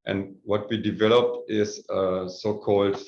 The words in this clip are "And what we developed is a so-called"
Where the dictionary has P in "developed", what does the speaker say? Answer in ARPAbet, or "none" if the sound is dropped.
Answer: P